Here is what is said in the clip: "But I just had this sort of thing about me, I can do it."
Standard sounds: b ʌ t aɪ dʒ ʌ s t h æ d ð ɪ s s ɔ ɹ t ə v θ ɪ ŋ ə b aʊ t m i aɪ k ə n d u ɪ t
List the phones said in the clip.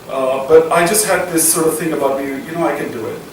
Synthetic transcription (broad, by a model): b ʌ t aɪ dʒ ʌ s t h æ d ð ɪ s s ɔ ɹ t ə v θ ɪ ŋ ə b aʊ t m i aɪ k ə n d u ɪ t